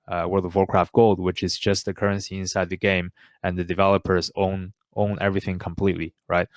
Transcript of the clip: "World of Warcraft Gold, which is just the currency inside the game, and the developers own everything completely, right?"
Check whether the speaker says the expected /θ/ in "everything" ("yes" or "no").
yes